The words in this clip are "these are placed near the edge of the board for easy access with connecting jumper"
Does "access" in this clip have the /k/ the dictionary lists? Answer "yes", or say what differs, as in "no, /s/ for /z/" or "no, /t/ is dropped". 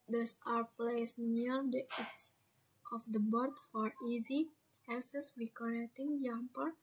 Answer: no, /k/ is dropped